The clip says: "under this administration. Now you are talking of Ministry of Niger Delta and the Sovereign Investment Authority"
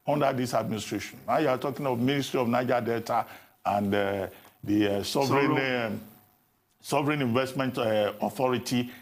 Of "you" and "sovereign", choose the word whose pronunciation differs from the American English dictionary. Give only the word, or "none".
none